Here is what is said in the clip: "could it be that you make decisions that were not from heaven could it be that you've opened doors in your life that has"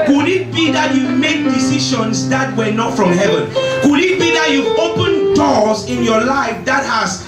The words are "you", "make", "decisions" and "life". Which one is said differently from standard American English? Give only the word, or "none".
decisions